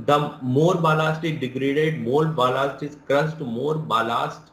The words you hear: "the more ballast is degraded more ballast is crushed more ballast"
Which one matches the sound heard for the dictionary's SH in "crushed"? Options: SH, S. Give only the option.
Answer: S